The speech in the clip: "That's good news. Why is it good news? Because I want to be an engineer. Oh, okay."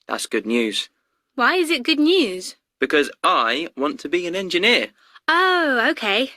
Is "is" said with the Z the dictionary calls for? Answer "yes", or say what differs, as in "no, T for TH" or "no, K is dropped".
yes